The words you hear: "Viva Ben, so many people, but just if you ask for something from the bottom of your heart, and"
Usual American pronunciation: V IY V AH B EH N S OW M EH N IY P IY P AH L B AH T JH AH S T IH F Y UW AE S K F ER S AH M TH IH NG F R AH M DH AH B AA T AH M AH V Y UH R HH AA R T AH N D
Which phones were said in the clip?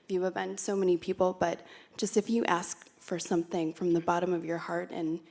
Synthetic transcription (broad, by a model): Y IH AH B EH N S OW M EH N IY P IY P L B AH T JH AH S T IH F Y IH AE S K F ER S AH M TH IH NG F R AH M DH AH B AA T AH M AH V Y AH R HH AA R T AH N